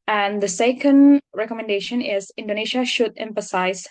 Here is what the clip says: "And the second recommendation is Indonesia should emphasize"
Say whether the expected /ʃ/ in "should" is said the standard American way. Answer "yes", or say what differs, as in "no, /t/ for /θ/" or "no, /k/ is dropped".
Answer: yes